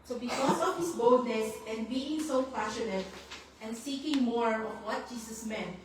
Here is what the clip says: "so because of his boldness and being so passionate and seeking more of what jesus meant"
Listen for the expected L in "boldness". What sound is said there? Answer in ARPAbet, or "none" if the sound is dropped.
none